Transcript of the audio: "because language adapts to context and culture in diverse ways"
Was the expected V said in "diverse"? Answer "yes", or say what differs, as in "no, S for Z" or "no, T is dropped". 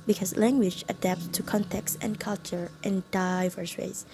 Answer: yes